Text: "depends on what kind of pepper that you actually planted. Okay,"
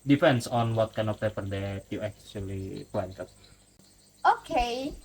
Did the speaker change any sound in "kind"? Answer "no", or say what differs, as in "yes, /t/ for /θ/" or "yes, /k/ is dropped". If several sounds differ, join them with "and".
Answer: yes, /d/ is dropped